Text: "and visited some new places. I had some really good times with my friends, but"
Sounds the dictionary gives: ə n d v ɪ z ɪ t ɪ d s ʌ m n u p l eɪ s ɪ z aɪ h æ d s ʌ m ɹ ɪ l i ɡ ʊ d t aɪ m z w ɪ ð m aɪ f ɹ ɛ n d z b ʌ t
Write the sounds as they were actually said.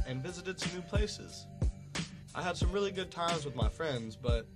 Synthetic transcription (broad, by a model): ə n v ɪ z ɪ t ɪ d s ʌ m n u p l eɪ s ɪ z aɪ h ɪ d s ʌ m ɹ ɪ l i ɡ ʊ d t aɪ m z w ɪ ð m aɪ f ɹ ɛ n d z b ʌ t